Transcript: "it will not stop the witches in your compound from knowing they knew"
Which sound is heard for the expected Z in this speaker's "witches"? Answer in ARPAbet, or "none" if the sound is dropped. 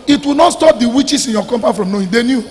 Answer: S